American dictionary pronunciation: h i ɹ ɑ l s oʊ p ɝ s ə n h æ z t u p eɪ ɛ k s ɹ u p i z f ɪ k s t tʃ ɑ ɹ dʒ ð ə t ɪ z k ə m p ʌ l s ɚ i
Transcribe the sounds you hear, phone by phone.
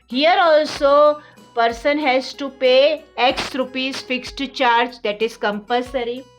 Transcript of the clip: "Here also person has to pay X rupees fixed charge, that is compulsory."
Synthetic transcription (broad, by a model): h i ɹ ɑ l s oʊ p ɝ s ə n h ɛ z t u p eɪ ɛ k s ɹ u p i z f ɪ k s t tʃ ɑ ɹ dʒ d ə t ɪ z k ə m p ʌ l s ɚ i